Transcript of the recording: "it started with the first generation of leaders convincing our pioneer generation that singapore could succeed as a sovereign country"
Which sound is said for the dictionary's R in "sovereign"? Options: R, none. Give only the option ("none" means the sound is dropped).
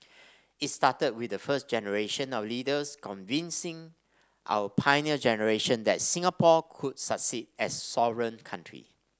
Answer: R